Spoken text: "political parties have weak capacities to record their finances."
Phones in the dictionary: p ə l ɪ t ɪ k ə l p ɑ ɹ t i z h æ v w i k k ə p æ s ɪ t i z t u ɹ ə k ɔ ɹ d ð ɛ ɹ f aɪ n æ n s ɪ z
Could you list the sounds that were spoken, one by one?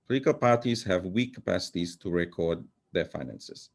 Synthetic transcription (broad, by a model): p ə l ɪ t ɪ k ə l p ɑ ɹ t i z h æ v w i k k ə p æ s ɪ t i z t u ɹ ə k ɔ ɹ d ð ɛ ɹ f aɪ n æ n s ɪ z